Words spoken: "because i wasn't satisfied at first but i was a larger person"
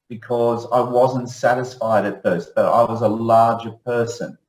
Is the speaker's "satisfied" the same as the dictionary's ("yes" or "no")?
yes